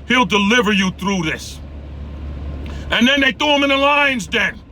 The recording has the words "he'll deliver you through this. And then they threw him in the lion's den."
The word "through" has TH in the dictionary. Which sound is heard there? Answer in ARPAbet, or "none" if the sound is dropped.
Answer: TH